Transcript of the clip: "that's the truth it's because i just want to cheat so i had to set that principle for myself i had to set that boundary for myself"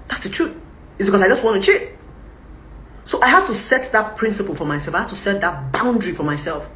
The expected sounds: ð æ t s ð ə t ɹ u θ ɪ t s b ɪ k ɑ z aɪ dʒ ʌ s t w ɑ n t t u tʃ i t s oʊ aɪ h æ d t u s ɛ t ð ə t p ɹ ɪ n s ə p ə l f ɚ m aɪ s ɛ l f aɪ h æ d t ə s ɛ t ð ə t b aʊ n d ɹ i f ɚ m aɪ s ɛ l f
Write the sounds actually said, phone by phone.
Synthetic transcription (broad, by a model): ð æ t s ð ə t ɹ u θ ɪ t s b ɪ k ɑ s aɪ dʒ ʌ s t w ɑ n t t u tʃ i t s oʊ aɪ h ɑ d t u s ɛ t ð ə t p ɹ ɪ n s ə p ə l f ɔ m aɪ s ɛ l f aɪ h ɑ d t ə s ɛ t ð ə t b aʊ n d ɹ i f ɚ m aɪ s ɛ l f